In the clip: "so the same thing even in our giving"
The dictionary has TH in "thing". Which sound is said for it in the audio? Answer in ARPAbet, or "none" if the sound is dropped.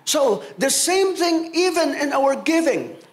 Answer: TH